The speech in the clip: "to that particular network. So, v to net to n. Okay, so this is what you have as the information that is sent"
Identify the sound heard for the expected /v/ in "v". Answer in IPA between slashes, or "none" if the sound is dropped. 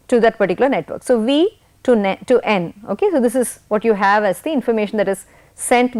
/v/